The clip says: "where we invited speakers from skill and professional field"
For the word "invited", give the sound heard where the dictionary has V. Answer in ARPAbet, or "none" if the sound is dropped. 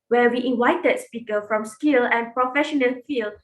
W